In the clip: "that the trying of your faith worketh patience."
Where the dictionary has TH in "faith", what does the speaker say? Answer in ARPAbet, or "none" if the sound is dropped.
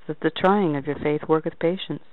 TH